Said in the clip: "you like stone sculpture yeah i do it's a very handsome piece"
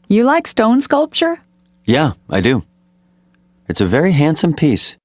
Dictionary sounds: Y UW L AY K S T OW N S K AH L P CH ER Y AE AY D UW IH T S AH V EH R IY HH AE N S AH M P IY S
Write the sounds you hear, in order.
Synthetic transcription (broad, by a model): Y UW L AY K S T OW N S K AH L P CH ER Y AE AY D UW IH T S AH V EH R IY HH AE N S AH M P IY S